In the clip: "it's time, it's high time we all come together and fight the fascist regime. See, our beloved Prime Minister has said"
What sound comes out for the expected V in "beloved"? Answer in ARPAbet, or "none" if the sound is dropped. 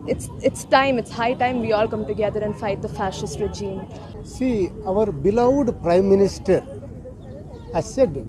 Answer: none